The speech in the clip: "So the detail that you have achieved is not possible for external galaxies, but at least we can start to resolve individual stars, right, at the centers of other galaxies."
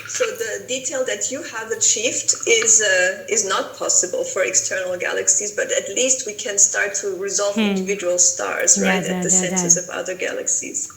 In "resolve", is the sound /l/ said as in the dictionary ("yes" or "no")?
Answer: yes